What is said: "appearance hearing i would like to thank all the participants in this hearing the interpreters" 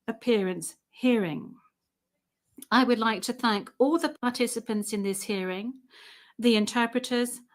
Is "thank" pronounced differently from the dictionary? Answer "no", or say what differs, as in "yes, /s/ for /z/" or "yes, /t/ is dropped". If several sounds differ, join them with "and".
no